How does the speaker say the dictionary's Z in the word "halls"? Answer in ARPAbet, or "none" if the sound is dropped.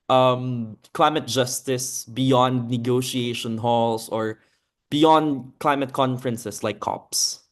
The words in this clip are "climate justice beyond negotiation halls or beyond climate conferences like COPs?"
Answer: S